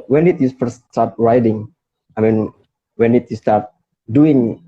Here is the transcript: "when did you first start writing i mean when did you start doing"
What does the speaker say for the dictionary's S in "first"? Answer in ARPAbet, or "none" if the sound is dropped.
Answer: none